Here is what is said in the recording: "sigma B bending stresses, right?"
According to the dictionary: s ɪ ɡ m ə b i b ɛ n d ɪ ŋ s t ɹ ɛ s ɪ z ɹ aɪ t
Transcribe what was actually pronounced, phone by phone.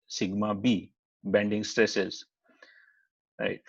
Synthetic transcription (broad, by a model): s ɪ ɡ m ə b i b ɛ n d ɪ ŋ s t ɹ ɛ s ɪ z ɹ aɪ t